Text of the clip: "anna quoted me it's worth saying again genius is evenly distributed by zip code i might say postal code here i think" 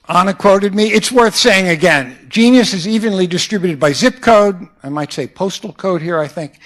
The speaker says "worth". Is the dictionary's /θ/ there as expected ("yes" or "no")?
yes